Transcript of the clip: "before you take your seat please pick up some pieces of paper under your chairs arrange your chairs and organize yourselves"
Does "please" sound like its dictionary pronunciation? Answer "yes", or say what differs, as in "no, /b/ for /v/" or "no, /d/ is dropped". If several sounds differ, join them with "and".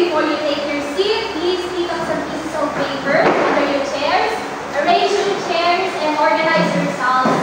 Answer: yes